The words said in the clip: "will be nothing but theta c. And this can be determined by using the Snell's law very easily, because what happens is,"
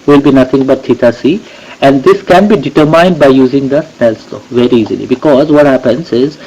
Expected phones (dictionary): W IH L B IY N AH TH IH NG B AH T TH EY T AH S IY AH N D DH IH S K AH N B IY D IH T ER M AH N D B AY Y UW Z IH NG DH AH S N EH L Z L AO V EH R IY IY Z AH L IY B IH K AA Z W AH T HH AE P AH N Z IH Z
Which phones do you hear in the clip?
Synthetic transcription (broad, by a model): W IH L B IY N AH T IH NG B AH T T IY T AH S IY AH N D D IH S K AH N B IY D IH T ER M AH N D B AY Y UW Z IH NG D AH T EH L S L AO V EH R IY IY Z AH L IY B IH K AA Z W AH T HH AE P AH N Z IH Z